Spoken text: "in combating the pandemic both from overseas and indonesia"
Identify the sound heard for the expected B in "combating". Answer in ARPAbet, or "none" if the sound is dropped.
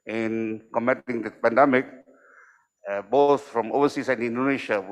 none